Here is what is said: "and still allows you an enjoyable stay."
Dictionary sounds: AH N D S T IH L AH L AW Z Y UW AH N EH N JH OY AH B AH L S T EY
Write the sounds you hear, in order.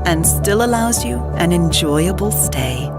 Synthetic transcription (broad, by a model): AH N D S T IH L AH L AW Z Y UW AH N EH N JH OY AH B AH L S T EY